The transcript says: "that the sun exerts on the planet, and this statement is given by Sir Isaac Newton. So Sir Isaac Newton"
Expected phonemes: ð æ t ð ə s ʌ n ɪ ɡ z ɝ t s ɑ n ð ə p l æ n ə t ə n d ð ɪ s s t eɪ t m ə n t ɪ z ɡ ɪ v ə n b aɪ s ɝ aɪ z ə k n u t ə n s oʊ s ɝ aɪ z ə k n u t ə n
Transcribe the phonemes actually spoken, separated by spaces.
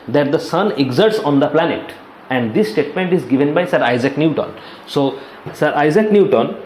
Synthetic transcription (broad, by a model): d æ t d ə s ʌ n ɪ ɡ z ɝ t s ɑ n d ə p l æ n ə t ə n d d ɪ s s t eɪ t m ə n t ɪ z ɡ ɪ v ə n b aɪ s ɝ aɪ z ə k n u t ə n s oʊ s ɝ aɪ z ə k n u t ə n